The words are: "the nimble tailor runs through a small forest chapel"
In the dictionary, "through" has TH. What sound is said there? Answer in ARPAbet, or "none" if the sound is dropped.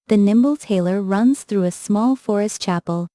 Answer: TH